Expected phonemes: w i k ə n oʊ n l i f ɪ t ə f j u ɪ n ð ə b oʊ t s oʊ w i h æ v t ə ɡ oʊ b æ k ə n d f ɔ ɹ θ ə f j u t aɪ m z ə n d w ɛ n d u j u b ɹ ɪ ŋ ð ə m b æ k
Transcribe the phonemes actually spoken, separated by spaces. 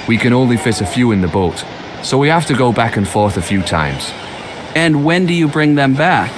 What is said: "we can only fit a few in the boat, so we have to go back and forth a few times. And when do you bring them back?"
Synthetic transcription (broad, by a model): w i k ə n oʊ n l i f ɪ t ə f j u ɪ n ð ə b oʊ t s oʊ w i h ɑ f t ə ɡ oʊ b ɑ k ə n f ɔ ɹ θ ə f j u t aɪ m z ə n w ɛ n d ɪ j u b ɹ ɪ ŋ ð ə m b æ k